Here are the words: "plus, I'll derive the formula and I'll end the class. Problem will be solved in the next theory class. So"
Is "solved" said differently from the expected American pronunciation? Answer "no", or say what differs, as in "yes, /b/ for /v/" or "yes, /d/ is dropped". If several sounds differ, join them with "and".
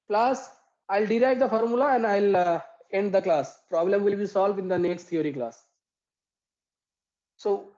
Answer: no